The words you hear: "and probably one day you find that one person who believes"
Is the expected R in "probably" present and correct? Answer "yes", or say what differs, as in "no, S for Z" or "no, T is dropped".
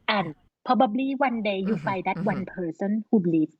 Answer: no, R is dropped